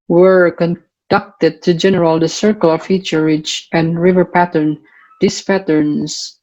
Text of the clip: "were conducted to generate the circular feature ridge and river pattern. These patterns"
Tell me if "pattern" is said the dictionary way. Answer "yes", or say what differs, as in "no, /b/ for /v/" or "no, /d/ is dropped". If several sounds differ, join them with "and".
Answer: yes